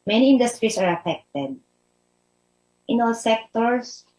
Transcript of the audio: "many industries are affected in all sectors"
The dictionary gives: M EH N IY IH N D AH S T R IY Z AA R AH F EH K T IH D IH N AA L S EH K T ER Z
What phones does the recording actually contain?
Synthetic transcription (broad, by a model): M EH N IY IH N D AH S T R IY S AA R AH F EH K T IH D IH N AA L S EH K T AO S